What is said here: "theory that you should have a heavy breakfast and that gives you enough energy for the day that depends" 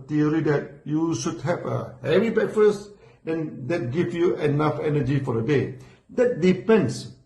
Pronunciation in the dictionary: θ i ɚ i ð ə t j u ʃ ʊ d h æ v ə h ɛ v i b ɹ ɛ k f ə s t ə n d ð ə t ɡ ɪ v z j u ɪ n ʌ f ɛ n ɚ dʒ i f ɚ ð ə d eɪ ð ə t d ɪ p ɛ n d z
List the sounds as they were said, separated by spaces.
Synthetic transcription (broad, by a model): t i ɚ i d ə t j u ʃ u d h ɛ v ə h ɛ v i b ɛ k f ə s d ə n d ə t ɡ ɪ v j u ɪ n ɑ f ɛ n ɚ dʒ i f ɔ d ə d eɪ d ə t d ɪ p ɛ n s